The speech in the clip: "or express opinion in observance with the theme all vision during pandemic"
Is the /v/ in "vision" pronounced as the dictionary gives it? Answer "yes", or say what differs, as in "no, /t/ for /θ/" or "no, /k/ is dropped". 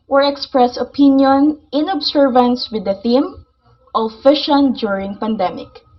no, /f/ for /v/